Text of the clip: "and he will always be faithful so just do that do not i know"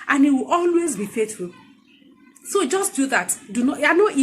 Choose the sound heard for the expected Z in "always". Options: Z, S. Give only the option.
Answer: Z